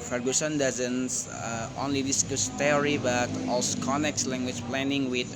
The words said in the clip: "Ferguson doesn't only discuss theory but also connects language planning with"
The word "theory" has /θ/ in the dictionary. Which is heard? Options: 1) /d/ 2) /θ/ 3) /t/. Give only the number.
3